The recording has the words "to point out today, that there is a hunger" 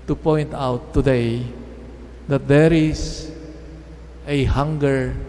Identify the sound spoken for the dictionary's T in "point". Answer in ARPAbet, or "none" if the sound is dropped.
T